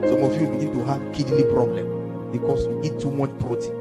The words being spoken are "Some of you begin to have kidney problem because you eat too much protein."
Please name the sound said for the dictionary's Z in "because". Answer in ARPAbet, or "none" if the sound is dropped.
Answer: S